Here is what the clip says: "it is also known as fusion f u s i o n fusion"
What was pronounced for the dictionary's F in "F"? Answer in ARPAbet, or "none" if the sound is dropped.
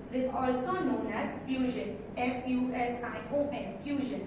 F